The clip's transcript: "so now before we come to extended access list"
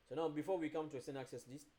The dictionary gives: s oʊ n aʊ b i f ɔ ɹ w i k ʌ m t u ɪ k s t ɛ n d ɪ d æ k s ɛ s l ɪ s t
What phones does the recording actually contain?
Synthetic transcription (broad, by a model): s oʊ n aʊ b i f ɔ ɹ w i k ʌ m t u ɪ s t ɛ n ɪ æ k s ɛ s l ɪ s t